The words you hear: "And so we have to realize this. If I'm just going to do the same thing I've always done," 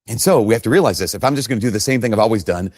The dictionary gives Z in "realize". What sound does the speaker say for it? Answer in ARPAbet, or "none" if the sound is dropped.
Z